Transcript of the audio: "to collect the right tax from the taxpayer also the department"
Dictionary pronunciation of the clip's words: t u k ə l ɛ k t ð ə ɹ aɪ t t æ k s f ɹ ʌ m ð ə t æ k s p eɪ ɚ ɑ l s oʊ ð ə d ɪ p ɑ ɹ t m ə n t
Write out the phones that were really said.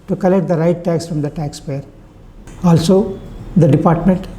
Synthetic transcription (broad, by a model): t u k ə l ɛ k t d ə ɹ aɪ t t æ k s f ɹ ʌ m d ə t æ k s p eɪ ɚ ɑ l s oʊ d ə d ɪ p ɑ ɹ t m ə n t